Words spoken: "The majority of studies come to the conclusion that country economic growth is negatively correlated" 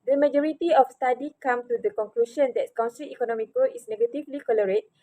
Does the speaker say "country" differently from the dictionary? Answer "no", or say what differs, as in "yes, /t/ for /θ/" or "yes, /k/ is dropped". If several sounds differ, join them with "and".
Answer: yes, /s/ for /t/